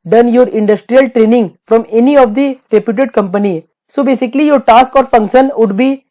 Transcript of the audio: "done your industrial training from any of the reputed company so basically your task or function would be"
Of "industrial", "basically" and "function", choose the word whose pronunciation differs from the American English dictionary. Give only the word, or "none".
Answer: none